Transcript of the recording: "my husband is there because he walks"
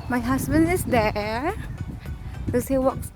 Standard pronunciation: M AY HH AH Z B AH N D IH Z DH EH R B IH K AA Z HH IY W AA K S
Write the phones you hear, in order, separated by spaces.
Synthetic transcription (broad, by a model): M AY HH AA S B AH N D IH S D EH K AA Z HH IY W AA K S